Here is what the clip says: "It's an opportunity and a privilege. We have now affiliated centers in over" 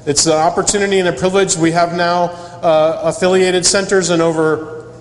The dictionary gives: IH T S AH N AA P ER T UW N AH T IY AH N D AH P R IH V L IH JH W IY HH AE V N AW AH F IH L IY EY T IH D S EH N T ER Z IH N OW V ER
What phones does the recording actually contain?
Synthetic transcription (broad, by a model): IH T S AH AA P ER T UW N AH T IY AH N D AH P R IH V L IH JH W IY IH V N AW AH F IH L IY EY T IH D S EH N T ER Z IH N OW V ER